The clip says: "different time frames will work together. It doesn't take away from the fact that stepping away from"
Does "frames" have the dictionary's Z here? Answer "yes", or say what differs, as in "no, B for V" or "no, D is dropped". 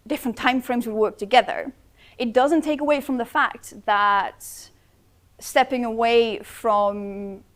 yes